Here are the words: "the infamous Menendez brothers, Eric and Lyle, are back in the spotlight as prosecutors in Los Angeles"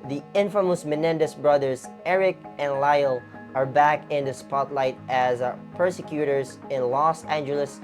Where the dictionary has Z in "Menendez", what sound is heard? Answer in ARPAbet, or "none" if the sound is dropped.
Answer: S